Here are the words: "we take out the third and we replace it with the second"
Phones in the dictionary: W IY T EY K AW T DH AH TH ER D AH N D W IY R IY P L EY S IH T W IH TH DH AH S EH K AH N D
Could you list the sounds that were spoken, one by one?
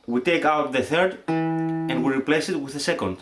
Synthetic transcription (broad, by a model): W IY T EY K AW T DH AH TH ER D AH N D W IY R IY P L EY S IH T W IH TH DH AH S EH K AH N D